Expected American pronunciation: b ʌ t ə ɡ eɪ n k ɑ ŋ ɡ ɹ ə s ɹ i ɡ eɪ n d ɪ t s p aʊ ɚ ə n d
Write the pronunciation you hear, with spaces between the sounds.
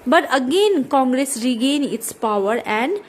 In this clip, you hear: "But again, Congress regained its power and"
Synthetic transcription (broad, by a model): b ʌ t ə ɡ eɪ n k ɑ ŋ ɡ ɹ ə s ɹ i ɡ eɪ n ɪ t s p aʊ ɚ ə n d